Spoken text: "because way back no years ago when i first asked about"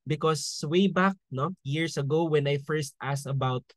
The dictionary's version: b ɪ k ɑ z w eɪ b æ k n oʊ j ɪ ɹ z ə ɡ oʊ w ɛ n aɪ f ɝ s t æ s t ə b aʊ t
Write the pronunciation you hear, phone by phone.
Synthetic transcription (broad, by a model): b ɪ k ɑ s w eɪ b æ k n oʊ j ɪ ɹ s ə ɡ oʊ w ɛ n aɪ f ɝ s t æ s ə b aʊ t